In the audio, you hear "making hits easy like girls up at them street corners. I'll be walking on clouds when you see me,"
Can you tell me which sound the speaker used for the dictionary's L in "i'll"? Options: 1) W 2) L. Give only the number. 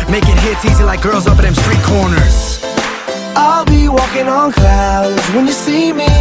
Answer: 2